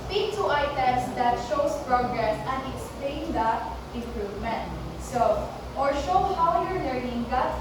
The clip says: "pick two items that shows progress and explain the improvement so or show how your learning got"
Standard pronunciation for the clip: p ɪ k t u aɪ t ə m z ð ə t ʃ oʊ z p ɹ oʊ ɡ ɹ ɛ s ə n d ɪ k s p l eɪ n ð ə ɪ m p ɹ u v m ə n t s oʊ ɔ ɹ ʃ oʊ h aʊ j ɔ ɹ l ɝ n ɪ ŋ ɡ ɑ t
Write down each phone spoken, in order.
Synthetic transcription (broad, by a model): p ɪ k t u aɪ t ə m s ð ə t ʃ oʊ s p ɹ oʊ ɡ ɹ ɛ s ə n d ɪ k s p l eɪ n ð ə ɪ m p ɹ u v m ə n t s oʊ ɔ ɹ ʃ oʊ h aʊ j ɔ ɹ l ɝ n ɪ ŋ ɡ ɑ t